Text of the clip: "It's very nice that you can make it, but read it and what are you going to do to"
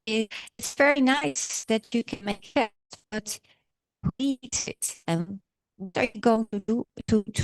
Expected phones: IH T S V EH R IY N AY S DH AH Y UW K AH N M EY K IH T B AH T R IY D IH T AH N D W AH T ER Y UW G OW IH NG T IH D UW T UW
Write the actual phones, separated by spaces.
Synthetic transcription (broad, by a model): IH T S V EH R IY N AY S DH AH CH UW K AH N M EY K IH T B AH T W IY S IH T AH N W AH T ER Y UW G OW IH NG T IH D UW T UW